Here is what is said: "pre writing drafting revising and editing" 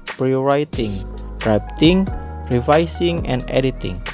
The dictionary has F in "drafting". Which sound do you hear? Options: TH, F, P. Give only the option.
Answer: P